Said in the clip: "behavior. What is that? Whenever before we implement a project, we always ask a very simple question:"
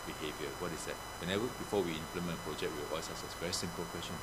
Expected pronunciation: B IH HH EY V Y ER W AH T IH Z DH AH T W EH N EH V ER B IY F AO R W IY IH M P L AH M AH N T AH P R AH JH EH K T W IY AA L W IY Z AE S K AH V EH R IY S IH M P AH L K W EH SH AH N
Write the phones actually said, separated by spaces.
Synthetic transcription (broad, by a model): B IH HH EY V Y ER W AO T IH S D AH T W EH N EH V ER B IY F AO W IY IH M P L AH M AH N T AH P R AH JH EH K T W IY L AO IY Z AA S AH V EH R IY S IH M P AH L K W EH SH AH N